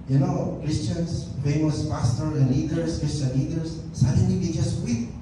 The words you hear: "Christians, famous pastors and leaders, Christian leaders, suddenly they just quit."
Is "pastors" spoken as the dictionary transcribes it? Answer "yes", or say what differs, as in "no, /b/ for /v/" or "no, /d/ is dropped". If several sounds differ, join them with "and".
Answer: no, /z/ is dropped